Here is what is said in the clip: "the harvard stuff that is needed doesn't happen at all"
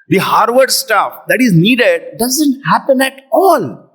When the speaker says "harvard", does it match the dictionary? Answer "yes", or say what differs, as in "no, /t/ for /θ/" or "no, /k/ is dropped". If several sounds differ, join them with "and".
yes